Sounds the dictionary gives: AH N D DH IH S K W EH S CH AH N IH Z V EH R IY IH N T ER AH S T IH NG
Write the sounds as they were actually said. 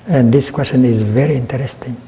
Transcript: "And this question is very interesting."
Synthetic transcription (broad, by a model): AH N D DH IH S K W EH S CH AH N IH Z V EH R IY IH N T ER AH S T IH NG